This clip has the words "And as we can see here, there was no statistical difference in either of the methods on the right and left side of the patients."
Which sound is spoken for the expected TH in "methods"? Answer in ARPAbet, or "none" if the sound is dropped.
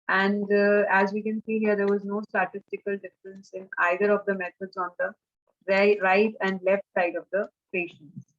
T